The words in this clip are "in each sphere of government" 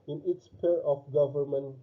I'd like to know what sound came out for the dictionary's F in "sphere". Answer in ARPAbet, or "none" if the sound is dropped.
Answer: P